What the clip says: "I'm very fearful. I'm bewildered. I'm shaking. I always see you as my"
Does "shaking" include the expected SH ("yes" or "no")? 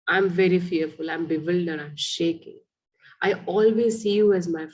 yes